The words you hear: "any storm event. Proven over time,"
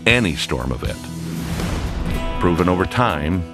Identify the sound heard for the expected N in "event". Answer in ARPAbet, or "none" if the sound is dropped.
none